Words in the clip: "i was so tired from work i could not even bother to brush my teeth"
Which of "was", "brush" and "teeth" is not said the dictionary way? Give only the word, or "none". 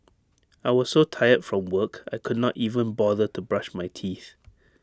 none